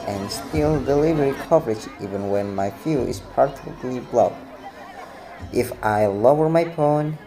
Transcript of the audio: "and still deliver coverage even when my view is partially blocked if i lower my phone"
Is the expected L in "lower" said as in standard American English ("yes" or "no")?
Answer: yes